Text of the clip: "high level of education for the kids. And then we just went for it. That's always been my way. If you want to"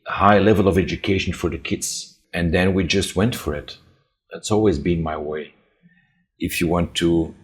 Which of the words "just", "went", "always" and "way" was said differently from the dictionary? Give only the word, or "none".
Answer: none